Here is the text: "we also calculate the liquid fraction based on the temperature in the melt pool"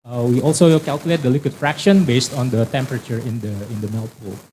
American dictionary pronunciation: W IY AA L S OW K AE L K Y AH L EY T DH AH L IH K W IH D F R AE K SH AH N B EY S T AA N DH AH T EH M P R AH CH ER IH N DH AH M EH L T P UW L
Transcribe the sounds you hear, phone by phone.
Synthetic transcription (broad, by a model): W IY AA L S OW K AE L K Y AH L EY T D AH L IH K W IH D F R AE K SH AH N B EY S T AA N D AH T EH M P R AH CH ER IH N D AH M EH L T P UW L